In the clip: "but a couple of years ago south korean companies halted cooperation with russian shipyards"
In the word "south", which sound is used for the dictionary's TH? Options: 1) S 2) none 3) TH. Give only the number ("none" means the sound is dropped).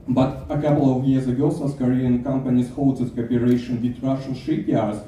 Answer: 1